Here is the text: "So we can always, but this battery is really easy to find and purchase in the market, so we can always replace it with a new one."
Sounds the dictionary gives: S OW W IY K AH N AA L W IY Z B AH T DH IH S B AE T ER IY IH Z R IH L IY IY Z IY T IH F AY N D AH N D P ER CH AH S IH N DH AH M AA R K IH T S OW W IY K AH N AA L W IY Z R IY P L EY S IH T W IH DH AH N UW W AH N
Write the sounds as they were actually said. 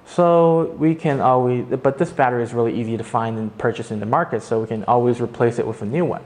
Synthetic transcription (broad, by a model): S OW W IY K AH N AA L W IY Z B AH T DH IH S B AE T ER IH Z R IH L IY IY Z IY T IH F AY N D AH N P ER CH AH S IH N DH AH M AA R K IH T S OW W IY K AH N AA L W IY Z R IY P L EY S IH T W IH DH AH N UW W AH N